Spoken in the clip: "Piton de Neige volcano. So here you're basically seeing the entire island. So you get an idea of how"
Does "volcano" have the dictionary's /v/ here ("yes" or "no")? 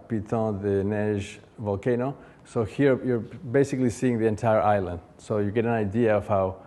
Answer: yes